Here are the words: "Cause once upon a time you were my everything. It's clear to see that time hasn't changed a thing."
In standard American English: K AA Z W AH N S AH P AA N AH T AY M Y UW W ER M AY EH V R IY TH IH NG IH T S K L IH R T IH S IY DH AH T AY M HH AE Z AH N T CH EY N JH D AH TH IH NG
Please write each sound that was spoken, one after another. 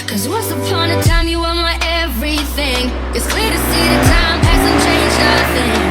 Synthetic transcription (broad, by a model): K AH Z W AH S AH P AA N AH T AY M Y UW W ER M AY EH V R IY TH IH NG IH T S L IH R T IH S IY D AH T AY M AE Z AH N CH EY N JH AH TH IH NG